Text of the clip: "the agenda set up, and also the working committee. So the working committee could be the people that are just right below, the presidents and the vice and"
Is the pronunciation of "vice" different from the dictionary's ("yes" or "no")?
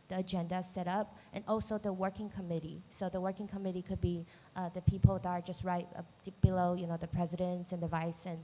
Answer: no